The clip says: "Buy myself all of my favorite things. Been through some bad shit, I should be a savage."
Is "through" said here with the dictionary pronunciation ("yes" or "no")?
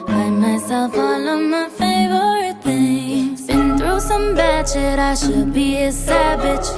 yes